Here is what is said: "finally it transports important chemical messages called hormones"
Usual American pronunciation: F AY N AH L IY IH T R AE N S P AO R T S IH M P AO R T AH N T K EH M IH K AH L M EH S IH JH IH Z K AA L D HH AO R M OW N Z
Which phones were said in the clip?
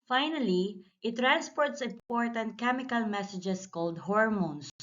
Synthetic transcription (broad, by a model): F AY N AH L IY IH T R AE N S P AO R T S IH M P AO R T AH N T K EH M IH K AH L M EH S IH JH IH S K AA L D HH AO R M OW N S